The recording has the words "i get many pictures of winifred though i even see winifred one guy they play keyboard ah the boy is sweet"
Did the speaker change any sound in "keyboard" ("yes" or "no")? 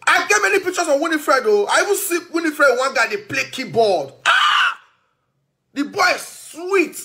yes